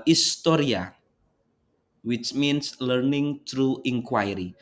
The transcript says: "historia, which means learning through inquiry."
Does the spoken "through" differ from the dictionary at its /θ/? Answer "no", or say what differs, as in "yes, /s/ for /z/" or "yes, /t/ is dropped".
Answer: yes, /t/ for /θ/